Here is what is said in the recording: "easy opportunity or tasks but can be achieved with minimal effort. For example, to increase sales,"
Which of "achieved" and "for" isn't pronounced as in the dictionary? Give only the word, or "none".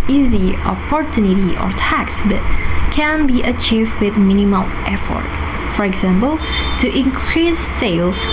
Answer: none